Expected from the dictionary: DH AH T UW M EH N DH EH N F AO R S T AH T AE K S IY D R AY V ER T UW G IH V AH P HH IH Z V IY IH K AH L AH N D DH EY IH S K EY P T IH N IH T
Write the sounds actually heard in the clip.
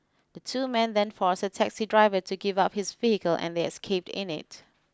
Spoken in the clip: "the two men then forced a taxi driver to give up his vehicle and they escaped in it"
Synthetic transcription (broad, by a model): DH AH T UW M EH N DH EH N F AO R S AH T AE K S IY D R AY V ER T UW G IH V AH P HH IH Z V IY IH K AH L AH N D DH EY IH S K EY P T IH N IH T